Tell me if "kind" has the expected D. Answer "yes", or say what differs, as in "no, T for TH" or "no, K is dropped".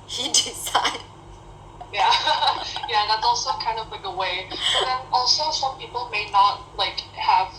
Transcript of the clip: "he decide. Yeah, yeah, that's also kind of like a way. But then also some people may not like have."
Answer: yes